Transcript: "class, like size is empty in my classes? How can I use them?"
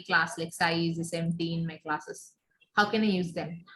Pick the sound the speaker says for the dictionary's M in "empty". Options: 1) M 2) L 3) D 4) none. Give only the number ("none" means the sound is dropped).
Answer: 4